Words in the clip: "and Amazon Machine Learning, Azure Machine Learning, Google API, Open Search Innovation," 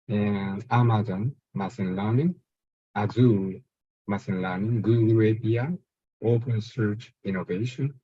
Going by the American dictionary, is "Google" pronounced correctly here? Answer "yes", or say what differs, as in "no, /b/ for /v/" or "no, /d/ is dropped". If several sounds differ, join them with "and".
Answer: no, /w/ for /l/